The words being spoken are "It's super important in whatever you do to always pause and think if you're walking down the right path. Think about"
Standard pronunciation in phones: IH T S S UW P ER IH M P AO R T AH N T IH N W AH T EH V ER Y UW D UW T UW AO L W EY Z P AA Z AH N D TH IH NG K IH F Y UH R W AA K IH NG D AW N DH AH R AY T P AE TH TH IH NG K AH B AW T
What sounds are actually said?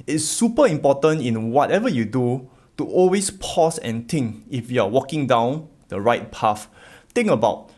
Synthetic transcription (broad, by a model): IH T S S UW P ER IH M P AO T AH N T IH N W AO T EH V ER Y UW D UW T UW AO L W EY S P AA S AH N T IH NG K IH F Y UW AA W AA K IH NG D AW N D AH R AY T P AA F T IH NG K AH B AW T